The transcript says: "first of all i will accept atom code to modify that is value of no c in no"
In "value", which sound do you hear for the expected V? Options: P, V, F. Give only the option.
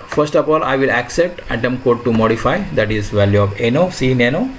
V